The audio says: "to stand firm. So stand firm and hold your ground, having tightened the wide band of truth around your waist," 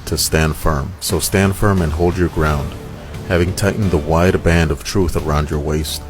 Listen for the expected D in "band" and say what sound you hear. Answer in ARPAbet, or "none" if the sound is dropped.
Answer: D